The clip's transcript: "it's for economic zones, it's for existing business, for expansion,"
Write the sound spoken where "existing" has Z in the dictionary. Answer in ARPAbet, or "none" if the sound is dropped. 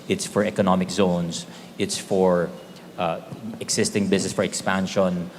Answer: S